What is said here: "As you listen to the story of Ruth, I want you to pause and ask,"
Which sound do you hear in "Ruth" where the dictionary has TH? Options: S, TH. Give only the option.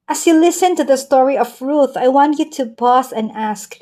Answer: TH